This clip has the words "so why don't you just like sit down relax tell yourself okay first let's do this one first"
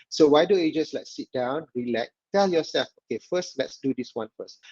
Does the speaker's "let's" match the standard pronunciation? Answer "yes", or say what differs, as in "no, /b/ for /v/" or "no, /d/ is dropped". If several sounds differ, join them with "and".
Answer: yes